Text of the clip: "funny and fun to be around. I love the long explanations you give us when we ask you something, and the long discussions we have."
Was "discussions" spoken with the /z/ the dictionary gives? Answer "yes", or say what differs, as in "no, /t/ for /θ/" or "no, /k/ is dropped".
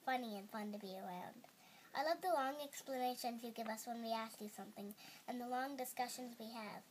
yes